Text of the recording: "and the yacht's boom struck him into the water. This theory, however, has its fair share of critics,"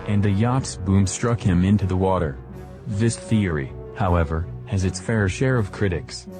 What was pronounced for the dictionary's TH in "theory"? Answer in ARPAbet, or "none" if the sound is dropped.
TH